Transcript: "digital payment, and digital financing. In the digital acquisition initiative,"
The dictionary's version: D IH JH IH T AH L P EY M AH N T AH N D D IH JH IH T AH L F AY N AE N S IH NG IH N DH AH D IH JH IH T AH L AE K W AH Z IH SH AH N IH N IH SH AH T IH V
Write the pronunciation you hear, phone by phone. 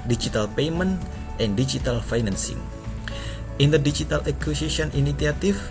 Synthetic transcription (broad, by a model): D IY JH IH T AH L P EY M AH N T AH N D D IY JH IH T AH L F AY N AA N S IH NG IH N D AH D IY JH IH T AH L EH K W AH S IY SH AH N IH N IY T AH T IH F